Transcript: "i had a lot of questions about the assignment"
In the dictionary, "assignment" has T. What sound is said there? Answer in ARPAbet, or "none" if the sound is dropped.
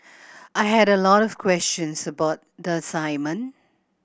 none